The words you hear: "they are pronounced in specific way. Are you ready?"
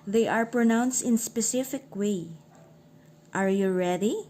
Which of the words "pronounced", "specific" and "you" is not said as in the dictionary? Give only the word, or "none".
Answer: none